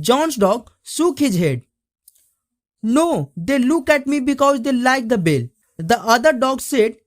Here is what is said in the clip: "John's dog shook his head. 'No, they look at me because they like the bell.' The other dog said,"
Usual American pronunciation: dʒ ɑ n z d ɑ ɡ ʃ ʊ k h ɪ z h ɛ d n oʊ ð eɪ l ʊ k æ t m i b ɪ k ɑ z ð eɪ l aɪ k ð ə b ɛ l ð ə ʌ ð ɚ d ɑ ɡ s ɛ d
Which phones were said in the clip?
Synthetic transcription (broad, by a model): dʒ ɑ n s d ɑ ɡ s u k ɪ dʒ h ɛ d n oʊ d eɪ l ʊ k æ t m i b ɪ k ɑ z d eɪ l aɪ k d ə b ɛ l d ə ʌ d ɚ d ɑ ɡ s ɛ d